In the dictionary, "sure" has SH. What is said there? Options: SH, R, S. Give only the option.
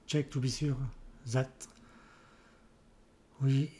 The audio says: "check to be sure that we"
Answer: S